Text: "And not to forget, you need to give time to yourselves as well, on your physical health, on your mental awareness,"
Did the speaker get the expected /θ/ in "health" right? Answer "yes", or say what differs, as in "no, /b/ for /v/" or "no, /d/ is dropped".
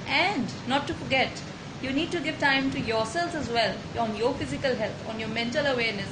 no, /t/ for /θ/